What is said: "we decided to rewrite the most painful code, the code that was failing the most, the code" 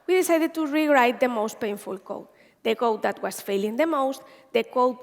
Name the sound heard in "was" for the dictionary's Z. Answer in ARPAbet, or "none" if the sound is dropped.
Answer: S